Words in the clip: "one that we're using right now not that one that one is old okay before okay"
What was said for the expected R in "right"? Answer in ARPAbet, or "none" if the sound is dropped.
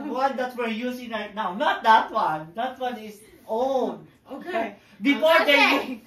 L